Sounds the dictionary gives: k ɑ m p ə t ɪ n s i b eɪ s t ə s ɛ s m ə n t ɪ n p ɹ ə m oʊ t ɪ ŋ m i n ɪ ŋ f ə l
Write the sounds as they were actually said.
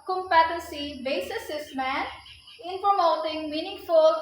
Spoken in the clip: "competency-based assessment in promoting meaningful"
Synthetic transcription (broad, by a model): k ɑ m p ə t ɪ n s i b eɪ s ə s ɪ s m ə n ɪ n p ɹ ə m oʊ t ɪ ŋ m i n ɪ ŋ f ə l